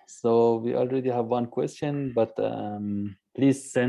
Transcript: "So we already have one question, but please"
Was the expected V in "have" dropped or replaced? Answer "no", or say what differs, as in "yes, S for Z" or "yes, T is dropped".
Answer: no